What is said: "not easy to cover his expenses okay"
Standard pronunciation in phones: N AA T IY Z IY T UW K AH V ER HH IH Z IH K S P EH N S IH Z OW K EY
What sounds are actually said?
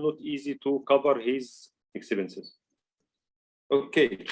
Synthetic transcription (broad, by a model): N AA T IY Z IY T UW K AH V ER HH IH Z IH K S B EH N S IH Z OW K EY